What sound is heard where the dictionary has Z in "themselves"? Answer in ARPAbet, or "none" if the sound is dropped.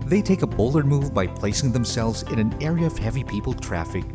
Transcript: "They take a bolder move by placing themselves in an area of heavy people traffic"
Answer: Z